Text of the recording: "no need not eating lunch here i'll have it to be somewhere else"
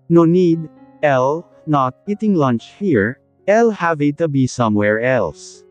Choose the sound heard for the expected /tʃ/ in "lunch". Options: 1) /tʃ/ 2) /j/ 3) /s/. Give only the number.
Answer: 1